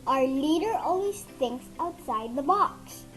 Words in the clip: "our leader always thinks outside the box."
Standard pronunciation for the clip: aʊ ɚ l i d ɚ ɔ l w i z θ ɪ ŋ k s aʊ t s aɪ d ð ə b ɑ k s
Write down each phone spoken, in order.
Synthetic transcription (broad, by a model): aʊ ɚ l i d ɚ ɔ n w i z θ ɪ ŋ k s aʊ t s aɪ d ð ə b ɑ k s